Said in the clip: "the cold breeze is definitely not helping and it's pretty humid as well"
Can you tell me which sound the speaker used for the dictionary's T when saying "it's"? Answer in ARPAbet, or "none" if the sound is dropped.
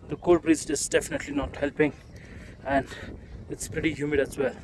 T